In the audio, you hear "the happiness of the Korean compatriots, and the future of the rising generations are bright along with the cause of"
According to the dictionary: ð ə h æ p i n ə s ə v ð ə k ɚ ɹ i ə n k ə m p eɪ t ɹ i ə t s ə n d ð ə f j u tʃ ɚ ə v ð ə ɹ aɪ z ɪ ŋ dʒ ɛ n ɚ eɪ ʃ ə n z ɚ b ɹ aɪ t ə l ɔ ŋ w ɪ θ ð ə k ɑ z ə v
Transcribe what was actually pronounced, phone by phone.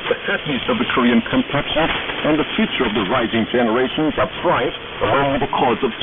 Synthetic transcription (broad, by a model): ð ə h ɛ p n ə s ə v ð ə k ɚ ɹ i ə n k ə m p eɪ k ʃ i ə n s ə n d ð ə f j u tʃ ɚ ə v ð ə ɹ aɪ z ɪ ŋ dʒ ɛ n ɚ eɪ ʃ ə n z ɚ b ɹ aɪ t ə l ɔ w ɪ ð ə k ɑ z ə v